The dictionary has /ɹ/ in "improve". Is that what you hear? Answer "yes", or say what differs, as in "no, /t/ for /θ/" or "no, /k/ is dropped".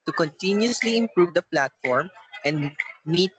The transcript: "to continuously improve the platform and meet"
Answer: yes